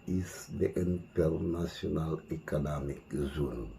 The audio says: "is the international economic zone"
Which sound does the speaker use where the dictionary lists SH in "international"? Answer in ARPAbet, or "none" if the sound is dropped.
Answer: S